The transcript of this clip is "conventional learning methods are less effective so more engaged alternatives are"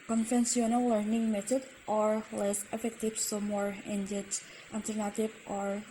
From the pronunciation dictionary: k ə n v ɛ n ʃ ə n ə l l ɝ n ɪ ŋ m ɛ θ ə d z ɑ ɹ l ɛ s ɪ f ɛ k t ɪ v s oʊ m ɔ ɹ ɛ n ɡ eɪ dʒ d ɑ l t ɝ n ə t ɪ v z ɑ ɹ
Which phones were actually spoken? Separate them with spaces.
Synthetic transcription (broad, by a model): k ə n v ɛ n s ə n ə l l ɝ n ɪ ŋ m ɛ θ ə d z ɑ ɹ l ɛ s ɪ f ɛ k t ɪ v s oʊ m ɔ ɹ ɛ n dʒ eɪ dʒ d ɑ l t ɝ n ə t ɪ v ɑ ɹ